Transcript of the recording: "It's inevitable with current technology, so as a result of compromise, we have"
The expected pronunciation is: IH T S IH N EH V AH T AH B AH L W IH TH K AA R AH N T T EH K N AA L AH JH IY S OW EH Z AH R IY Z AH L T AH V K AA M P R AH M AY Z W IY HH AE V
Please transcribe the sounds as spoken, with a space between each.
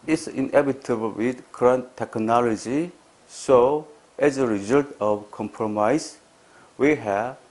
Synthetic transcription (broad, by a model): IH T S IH N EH B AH T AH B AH L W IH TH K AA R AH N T T EH K N AA L AH JH IY S OW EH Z AH R IY Z AH L T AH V K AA M P R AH M AY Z W IY HH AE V